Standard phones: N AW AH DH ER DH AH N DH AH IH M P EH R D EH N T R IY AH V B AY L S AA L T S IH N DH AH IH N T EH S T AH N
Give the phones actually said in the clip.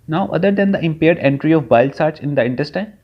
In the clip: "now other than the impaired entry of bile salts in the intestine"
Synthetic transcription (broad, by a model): N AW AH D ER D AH N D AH IH M P EH R D EH N T R IY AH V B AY L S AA T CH IH N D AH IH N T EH S T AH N